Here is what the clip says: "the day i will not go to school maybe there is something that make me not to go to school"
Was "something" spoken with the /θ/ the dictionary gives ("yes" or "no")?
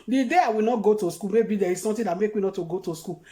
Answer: no